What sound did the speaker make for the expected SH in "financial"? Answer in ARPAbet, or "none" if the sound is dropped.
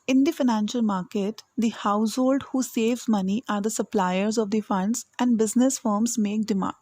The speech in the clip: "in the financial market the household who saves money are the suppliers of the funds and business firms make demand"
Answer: SH